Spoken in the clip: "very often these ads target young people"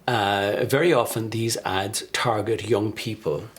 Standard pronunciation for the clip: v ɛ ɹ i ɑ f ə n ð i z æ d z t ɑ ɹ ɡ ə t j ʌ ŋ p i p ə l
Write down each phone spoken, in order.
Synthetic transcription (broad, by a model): v ɛ ɹ i ɑ f ə n ð i z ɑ d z t ɑ ɹ ɡ ə t j ʌ ŋ p i p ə l